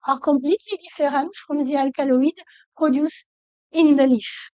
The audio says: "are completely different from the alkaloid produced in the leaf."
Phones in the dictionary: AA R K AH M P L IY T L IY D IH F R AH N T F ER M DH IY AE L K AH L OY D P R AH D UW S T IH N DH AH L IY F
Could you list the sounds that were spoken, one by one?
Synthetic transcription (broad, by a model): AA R K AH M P L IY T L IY D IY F R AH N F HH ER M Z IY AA L K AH L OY D P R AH D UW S IH N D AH L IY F